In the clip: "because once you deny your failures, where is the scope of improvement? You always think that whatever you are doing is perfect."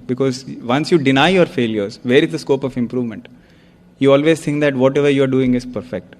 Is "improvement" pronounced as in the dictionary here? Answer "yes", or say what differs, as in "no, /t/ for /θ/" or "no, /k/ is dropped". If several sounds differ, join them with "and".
yes